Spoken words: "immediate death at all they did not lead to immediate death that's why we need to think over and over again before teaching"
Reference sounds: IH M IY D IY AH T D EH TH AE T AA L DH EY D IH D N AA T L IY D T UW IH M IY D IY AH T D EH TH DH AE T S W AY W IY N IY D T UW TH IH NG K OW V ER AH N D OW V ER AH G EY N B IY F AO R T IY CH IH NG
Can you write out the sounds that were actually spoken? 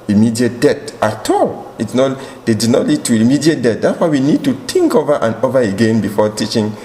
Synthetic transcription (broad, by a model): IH M IY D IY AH T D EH T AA T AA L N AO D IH D N AA T L IY D T UW IH M IY D IY AH T D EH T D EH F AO W IY N IY D T UW T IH NG K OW V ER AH N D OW V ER AH G EY N B IY F AO T IY CH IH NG